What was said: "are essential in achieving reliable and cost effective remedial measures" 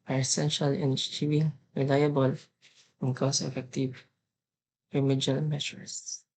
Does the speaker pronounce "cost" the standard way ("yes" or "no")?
no